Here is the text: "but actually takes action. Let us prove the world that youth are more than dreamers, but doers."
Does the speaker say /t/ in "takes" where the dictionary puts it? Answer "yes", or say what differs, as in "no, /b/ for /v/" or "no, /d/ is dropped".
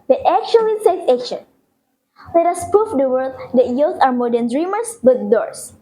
no, /s/ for /t/